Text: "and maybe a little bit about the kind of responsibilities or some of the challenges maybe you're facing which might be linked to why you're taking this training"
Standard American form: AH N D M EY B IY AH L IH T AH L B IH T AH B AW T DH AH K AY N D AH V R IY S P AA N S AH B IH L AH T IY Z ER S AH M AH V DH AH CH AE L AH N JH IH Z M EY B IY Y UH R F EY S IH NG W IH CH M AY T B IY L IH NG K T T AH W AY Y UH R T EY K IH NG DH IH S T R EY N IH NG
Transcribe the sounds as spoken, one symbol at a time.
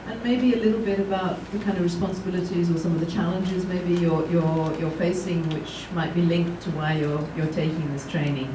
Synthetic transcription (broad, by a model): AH N M EY B IY AH L IH T L B IH T AH B AW T DH AH K AY N D AH V R IY S P AA N S AH B IH L AH T IY Z ER S AH M AH V DH AH CH AE L AH N JH IH Z M EY B IY Y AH R F EY S IH NG W IH CH M AY T B IY L IH NG K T T AH W AY Y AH R T EY K IH NG DH IH S T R EY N IH NG